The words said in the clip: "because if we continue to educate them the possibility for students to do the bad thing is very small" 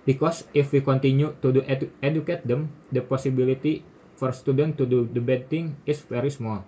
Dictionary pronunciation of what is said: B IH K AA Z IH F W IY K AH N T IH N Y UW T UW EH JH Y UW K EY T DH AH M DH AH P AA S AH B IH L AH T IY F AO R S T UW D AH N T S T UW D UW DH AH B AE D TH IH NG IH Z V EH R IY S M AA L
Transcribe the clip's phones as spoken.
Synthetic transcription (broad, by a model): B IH K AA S IH F W IY K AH N T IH N Y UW T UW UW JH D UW K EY T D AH M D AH P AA S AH B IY L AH T IY F AO R S T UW D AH N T T UW D UW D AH B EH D T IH NG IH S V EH R IY S M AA L